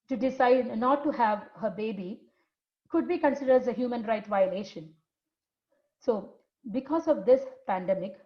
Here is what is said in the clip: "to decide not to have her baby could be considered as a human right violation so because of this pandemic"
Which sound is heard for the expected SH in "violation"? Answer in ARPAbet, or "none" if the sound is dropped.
SH